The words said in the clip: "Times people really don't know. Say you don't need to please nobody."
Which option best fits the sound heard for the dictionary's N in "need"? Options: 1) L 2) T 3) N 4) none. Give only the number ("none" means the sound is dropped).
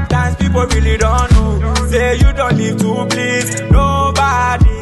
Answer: 1